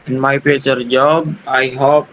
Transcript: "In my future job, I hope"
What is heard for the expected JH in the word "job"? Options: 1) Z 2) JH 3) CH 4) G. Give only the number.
2